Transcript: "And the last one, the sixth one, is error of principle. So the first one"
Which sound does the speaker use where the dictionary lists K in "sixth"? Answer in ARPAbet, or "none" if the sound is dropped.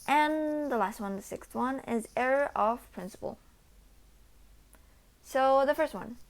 K